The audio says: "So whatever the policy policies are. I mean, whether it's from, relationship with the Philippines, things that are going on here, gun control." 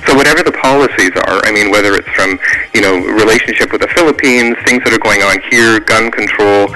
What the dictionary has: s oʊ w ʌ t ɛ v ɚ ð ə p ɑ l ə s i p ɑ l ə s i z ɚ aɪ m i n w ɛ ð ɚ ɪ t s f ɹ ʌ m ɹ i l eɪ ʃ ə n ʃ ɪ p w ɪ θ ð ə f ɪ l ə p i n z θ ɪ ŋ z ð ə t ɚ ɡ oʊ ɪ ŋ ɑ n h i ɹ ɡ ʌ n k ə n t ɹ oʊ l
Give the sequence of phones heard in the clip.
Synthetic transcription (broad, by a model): s oʊ w ʌ t ɛ v ɚ ð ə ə p ɑ l ə s i z ɚ aɪ m i n w ɛ ð ɚ ɪ t s f ɹ ʌ m ɹ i l eɪ ʃ n ʃ ɪ p w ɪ ð ə f ɪ l ə p i n z θ ɪ ŋ z ð ə t ɚ ɡ oʊ ɪ ŋ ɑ n h i ɹ ɡ ʌ n k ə n t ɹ oʊ l